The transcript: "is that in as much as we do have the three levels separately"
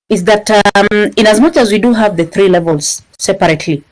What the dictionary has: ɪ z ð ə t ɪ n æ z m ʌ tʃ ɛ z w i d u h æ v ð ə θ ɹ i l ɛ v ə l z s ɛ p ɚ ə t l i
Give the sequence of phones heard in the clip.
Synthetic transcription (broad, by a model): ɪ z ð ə t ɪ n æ z m ʌ tʃ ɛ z w i d u h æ v ð ə θ ɹ i l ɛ v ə l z s ɛ p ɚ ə t l i